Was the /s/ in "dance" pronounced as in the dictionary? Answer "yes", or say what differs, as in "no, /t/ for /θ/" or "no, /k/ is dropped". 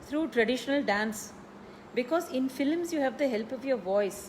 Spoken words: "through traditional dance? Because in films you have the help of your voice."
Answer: yes